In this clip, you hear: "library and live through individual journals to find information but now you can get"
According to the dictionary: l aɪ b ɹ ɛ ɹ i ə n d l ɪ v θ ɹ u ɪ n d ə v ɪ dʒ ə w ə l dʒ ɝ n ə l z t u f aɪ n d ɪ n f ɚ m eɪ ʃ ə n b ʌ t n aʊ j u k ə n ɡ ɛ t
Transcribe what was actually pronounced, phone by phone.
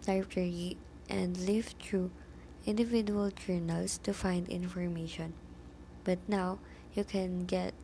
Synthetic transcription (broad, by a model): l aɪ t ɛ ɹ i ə n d l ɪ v t ɹ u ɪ n d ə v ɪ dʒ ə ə l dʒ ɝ n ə l s t u f aɪ n d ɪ n f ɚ m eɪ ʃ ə n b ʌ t n aʊ j u k ə n ɡ ɛ t